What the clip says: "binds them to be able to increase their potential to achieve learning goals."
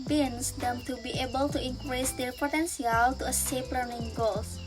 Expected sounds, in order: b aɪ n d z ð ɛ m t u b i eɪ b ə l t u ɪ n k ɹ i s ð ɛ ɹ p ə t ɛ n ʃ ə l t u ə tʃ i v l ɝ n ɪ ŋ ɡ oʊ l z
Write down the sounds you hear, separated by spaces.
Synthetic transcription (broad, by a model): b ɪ n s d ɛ m t u b i eɪ b ə l t u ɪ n k ɹ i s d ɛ ɹ p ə t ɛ n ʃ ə l t u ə s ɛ p l ɝ n ɪ ŋ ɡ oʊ l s